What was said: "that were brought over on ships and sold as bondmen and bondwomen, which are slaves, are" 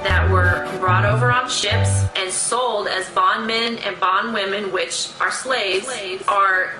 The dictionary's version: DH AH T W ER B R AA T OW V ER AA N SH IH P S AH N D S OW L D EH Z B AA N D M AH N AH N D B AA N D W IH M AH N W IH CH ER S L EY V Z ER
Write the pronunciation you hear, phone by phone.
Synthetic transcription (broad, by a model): DH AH T W ER B R AA T OW V ER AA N SH IH P S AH N S OW L D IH Z B AA N M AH N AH N B AA N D W IH M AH N W IH CH ER S L EY V Z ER